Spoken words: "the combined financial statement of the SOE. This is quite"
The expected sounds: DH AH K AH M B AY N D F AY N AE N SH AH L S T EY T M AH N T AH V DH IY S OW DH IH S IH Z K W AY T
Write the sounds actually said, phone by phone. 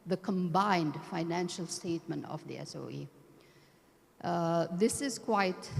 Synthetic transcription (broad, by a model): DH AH K AH M B AY N D F AY N AE N SH AH L S T EY T M AH N T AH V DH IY S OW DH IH S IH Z K W AY T